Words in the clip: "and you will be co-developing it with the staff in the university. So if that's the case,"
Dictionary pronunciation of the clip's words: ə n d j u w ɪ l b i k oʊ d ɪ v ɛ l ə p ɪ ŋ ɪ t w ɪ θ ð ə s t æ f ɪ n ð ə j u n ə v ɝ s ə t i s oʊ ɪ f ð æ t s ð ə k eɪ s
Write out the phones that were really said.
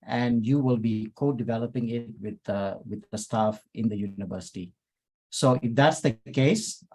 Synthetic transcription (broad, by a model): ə n d j u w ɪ l b i k oʊ d ɪ v ɛ l ə p ɪ ŋ ɪ t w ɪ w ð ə s t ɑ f ɪ n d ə j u n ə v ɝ s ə t i s oʊ ɪ f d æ t s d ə k eɪ s